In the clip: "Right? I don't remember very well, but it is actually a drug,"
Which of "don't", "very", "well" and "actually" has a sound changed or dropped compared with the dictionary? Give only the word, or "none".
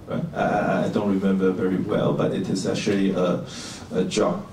none